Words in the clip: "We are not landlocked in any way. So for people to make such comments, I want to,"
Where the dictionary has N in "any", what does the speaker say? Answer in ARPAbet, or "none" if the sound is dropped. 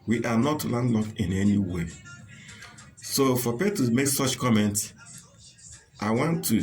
N